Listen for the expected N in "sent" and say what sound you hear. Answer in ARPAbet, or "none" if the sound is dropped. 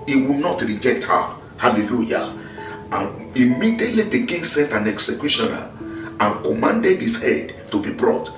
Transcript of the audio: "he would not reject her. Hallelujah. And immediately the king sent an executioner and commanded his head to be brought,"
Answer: none